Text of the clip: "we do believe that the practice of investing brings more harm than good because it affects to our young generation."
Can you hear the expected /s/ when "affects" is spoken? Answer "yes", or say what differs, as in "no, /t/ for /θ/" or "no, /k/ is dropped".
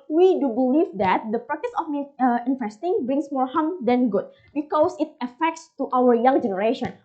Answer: yes